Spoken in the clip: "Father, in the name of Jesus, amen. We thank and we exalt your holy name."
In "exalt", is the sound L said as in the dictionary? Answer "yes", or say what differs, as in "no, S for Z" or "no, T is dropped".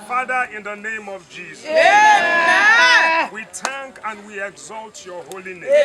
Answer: yes